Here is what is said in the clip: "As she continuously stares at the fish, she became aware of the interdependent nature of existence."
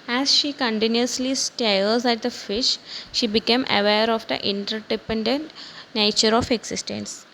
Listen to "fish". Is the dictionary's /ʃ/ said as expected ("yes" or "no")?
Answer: yes